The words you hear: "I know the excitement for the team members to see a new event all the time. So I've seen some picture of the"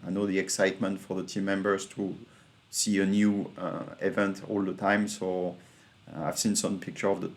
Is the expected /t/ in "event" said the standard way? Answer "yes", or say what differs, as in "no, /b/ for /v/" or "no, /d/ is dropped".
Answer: yes